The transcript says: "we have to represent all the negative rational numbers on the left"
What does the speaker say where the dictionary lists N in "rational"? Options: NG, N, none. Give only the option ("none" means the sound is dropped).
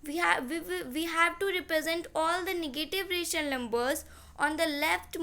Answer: none